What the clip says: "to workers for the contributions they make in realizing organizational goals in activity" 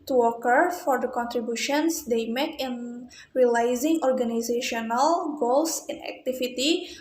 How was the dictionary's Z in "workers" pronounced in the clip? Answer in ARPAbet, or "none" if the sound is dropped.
none